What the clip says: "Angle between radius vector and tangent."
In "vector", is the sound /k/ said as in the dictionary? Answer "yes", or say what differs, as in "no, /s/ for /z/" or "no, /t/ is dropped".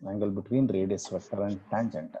no, /k/ is dropped